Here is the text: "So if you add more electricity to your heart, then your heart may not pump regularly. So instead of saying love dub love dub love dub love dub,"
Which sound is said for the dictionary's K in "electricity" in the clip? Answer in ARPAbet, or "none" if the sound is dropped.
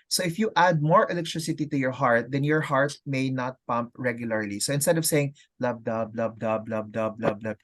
K